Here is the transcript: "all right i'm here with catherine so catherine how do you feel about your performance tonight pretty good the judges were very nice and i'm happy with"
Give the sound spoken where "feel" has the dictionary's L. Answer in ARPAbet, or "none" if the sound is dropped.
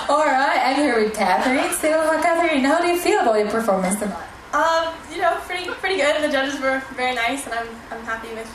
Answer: L